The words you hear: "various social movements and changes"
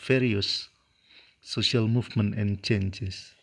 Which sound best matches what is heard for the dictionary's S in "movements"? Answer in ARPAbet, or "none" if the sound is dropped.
none